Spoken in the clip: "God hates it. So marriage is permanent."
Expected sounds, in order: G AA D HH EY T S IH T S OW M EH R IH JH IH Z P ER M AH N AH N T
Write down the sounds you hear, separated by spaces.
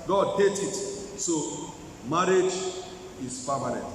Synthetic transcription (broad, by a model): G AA D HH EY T IH T S OW M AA R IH JH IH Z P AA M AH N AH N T